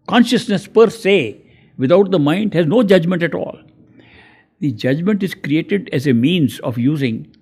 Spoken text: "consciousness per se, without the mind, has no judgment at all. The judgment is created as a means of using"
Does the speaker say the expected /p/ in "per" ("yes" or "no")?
yes